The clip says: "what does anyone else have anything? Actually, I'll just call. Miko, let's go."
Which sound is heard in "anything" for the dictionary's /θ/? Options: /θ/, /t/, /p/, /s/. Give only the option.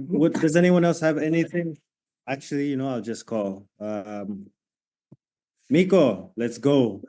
/θ/